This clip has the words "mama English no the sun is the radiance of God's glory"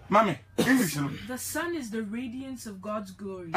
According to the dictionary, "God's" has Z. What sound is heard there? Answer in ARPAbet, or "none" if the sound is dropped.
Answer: Z